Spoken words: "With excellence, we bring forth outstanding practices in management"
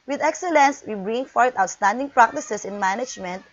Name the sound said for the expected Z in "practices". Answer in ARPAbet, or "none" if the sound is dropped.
S